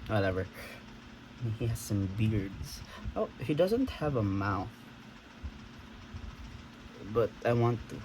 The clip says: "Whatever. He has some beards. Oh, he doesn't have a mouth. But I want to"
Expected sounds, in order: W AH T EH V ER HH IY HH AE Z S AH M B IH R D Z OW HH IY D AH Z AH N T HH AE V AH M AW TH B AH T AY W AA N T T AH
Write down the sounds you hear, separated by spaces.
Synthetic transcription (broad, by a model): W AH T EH V ER HH IY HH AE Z S AH M B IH R D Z OW HH IY D AH Z AH N T HH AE V AH M AW TH B AH T AY W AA N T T